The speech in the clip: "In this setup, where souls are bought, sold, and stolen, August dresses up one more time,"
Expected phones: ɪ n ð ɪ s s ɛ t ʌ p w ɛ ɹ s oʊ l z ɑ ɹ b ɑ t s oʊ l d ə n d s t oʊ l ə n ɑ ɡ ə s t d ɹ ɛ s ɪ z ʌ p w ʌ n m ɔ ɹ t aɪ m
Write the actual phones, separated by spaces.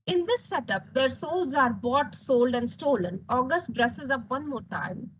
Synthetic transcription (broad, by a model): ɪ n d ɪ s s ɛ t ʌ p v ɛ ɹ s oʊ l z ɑ ɹ b ɑ t s oʊ l d ə n d s t oʊ l ə n ɑ ɡ ə s t d ɹ ɛ s ɪ z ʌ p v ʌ n m ɔ ɹ t aɪ m